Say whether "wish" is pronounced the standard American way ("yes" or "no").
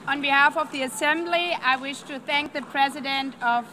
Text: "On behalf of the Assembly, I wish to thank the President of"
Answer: yes